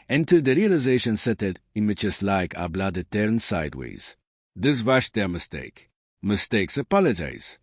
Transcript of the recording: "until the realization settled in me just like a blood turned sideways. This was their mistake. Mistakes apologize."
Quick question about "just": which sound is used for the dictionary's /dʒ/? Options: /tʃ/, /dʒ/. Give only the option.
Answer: /tʃ/